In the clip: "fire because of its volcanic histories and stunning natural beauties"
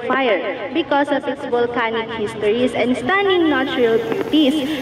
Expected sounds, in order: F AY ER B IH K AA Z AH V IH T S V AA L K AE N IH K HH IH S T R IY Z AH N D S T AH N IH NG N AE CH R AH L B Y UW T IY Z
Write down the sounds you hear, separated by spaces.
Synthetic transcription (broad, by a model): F AY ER B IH K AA S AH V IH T S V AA L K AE N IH K HH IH S T R IY S AH N D S T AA N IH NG N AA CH R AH L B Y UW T IY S